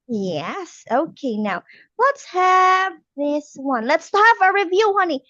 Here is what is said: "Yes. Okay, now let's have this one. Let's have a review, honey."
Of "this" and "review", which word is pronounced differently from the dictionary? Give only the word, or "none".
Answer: none